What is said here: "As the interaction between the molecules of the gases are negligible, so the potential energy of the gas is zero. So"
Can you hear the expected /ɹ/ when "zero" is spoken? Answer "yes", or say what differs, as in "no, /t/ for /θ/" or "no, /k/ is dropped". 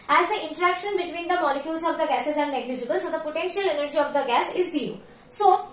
no, /ɹ/ is dropped